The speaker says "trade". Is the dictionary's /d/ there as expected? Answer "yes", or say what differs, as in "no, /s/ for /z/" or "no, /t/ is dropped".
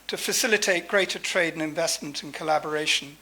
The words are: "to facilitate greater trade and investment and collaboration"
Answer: yes